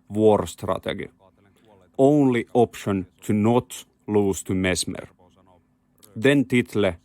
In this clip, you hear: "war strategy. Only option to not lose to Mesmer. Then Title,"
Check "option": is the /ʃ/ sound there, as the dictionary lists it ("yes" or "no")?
yes